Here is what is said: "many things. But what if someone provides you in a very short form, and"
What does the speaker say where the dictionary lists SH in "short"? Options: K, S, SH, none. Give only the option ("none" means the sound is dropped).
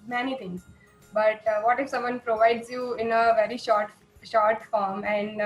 SH